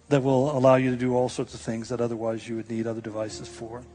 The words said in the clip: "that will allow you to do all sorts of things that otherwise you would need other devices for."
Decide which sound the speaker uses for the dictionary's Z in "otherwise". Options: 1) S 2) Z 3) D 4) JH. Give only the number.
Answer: 2